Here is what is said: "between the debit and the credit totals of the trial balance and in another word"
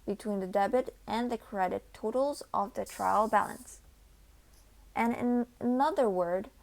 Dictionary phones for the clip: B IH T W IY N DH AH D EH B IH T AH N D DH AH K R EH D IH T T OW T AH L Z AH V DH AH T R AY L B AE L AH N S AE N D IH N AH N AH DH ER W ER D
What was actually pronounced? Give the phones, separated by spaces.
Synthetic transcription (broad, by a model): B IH T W IY N DH AH D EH B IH T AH N DH AH K R EH D IH T T OW T L Z AH V DH AH T R AY L B AE L AH N S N IH N AH N AH DH ER W ER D